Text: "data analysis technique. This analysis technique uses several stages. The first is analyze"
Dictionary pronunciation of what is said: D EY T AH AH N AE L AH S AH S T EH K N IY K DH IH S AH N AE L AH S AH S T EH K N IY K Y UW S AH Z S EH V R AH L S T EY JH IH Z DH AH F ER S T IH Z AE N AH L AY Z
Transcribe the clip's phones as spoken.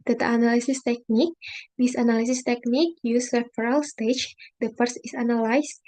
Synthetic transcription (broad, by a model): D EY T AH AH N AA L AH S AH S T EH K N IY K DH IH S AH N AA L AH S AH S T EH K N IY K Y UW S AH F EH R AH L S T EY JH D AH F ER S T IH S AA N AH L AY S